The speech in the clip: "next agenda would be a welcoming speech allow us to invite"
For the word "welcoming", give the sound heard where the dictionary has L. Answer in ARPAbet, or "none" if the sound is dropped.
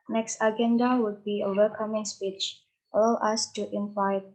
none